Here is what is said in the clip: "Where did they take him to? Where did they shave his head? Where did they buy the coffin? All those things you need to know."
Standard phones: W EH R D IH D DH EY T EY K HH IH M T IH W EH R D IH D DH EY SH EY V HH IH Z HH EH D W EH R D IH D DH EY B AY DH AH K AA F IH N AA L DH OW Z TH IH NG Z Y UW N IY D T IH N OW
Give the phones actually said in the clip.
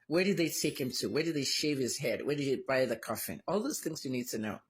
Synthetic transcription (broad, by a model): W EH R D IH D DH EY T EY K HH IH M T IH W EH R D IH D DH EY SH EY V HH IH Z HH EH D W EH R D IH D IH B AY DH AH K AA F IH N AA L DH OW Z TH IH NG Z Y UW N IY D T IH N OW